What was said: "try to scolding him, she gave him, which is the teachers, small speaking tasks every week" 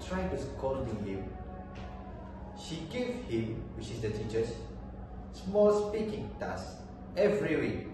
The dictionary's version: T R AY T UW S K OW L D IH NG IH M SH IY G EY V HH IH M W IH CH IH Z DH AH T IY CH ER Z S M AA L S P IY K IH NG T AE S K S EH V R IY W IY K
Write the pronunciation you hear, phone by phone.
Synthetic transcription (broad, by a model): T R AY T UW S K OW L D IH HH IH M SH IY G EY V HH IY M W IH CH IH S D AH T IY CH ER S S M AA L S P IY K IH NG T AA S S EH V R IY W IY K